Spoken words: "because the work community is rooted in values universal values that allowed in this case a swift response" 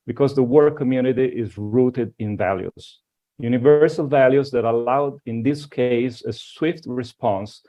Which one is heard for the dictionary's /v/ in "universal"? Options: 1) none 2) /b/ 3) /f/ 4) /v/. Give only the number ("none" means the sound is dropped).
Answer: 4